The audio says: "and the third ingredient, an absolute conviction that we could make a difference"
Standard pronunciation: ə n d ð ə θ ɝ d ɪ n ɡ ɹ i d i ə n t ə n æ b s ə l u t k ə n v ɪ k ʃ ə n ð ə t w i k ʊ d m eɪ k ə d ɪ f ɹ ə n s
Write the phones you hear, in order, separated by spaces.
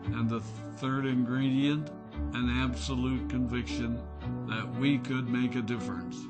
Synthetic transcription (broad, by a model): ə n ð ə θ ɝ d ɪ n ɡ ɹ i d i ə n t ə n æ b s ə l u t k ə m v ɪ k ʃ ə n ð ə t w i k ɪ d m eɪ k ə d ɪ f ɹ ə n s